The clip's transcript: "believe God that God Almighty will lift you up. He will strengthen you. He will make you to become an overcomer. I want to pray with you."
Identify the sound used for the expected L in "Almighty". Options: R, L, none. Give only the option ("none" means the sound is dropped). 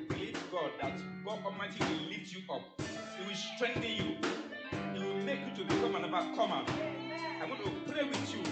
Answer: none